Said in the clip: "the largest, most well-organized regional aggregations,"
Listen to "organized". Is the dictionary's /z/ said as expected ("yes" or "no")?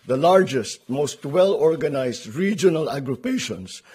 no